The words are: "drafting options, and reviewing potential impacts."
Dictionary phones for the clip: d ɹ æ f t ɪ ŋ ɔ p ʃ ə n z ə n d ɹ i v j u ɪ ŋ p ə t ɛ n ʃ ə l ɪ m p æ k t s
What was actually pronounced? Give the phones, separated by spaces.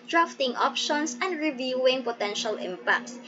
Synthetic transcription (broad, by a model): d ɹ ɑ f t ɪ ŋ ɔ p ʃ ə n s ə n d ɹ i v j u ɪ ŋ p ə t ɛ n ʃ ə l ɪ m p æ k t s